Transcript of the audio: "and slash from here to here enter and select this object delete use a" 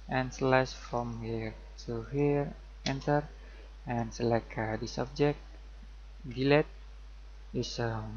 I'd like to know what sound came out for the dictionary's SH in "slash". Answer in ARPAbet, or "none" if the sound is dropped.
S